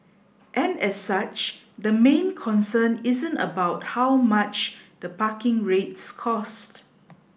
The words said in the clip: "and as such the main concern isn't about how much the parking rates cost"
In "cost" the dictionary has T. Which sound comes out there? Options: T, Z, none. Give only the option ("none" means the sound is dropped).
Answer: T